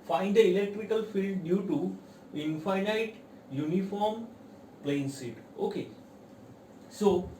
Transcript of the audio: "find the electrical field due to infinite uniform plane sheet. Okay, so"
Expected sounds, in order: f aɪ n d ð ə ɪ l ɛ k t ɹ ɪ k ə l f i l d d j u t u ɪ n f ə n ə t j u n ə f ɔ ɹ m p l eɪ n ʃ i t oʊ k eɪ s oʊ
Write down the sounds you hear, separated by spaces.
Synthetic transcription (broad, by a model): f aɪ n d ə ɪ l ɛ k t ɹ ɪ k ə l f i l d d j u t u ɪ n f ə n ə t j u n ə f ɔ ɹ m p l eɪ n s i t oʊ k eɪ s oʊ